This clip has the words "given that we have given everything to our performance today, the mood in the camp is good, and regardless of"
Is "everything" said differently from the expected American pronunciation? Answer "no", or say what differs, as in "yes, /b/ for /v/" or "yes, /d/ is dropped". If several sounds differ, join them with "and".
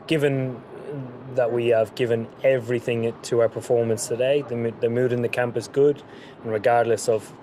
no